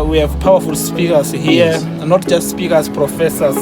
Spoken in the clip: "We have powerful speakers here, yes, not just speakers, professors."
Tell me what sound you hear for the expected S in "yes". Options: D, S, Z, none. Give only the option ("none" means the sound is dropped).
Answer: none